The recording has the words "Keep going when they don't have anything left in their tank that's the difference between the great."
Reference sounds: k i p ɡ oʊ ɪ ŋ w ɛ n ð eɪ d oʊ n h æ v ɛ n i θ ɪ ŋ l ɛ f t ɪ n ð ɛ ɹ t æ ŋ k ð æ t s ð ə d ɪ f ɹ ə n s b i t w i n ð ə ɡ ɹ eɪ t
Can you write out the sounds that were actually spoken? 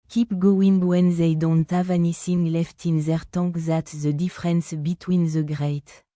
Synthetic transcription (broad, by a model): k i p ɡ oʊ ɪ ŋ w ɛ n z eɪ d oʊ n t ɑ v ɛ n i s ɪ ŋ l ɛ f t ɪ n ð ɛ ɹ t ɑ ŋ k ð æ t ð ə d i f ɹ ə n s b i t w i n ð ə ɡ ɹ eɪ t